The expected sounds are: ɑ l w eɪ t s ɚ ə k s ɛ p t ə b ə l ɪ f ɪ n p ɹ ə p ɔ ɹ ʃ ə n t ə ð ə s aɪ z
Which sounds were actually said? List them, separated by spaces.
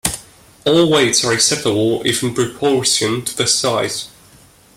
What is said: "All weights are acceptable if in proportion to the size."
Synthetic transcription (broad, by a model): ɑ l w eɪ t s ɚ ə s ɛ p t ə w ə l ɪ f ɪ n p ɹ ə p ɔ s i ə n t ə ð ə s aɪ z